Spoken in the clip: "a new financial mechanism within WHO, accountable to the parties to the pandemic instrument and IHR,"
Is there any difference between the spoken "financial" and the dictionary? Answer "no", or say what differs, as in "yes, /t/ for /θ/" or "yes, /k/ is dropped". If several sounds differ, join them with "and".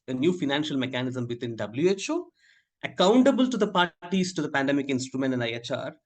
no